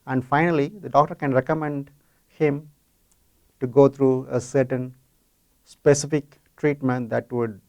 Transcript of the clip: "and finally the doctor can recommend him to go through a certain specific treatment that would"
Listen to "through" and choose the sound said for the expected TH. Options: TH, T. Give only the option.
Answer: T